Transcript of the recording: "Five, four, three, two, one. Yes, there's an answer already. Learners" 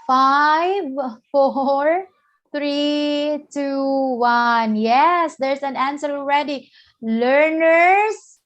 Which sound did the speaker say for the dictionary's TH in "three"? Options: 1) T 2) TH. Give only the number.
1